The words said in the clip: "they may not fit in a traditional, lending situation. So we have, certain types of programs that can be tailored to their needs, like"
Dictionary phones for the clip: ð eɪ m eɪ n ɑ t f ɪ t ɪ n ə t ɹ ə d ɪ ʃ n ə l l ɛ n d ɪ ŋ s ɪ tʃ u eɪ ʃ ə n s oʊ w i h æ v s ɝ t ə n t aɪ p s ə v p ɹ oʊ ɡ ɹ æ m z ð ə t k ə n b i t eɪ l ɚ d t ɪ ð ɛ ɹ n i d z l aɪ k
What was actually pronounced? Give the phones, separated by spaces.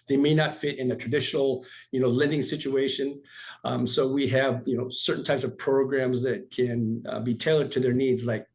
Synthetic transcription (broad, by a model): ð eɪ m eɪ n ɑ t f ɪ t ɪ n ə t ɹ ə d ɪ ʃ n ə n l ɛ n d ɪ ŋ s ɪ tʃ u eɪ ʃ ə n s oʊ w i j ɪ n s ɝ t n t aɪ p s ə v p ɹ oʊ ɡ ɹ æ m z ð ə t k ə n b i t eɪ l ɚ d t ɪ ð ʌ ɹ n i d z l aɪ k